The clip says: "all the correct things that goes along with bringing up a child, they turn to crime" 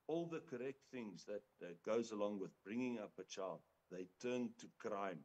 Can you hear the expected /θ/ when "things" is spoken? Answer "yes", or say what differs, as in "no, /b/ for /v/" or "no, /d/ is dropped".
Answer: yes